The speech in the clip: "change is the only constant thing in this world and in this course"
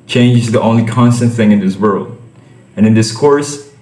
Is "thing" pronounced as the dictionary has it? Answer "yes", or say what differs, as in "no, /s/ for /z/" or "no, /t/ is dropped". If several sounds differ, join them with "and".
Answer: yes